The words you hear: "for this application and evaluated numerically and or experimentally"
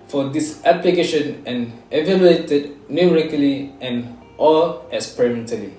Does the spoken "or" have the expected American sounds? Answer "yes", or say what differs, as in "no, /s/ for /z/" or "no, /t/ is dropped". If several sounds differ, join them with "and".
no, /l/ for /ɹ/